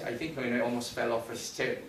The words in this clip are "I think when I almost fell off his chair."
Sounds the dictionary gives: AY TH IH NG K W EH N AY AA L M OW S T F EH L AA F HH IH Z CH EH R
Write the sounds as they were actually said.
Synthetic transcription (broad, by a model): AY TH IH NG K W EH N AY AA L M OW S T F EH L AA F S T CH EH